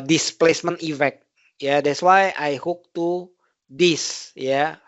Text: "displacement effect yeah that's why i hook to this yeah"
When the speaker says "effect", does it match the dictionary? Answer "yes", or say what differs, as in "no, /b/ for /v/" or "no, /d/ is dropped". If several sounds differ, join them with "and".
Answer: no, /k/ is dropped